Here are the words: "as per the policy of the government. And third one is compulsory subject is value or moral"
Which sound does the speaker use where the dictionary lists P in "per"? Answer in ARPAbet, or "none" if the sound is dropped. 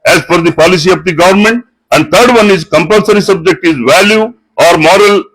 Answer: F